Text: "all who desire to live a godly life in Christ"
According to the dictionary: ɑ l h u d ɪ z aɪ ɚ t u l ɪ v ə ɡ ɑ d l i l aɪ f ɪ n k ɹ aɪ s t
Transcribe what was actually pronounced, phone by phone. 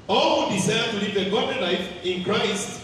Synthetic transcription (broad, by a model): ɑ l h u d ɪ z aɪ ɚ t u l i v ə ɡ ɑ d i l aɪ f ɪ n k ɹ aɪ s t